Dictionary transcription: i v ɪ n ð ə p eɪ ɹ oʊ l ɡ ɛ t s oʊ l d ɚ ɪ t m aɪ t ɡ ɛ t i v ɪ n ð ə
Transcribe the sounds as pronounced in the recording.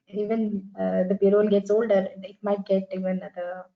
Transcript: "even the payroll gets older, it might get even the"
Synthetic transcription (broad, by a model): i v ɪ n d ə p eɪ ɹ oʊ n ɡ ɛ t s oʊ l d ɚ ɪ t m aɪ t ɡ ɛ t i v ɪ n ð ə